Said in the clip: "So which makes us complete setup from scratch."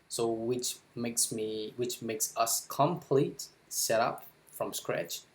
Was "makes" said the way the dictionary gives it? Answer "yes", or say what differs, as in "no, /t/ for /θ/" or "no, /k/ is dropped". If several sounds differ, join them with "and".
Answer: yes